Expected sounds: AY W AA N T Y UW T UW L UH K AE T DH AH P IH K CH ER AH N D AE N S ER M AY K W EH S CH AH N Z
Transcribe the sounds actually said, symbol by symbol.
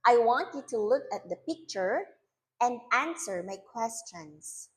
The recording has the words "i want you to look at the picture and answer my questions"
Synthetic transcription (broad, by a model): AY W AA N T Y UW T UW L UH K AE T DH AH P IH K CH ER AH N D AE N S ER M AY K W EH S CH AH N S